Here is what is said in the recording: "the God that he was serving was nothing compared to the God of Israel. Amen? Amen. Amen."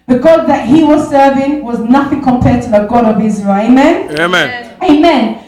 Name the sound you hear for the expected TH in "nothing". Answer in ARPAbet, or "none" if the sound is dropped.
TH